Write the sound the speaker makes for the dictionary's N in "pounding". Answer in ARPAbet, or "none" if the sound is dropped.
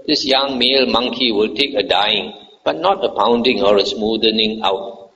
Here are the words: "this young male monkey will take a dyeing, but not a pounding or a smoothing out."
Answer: N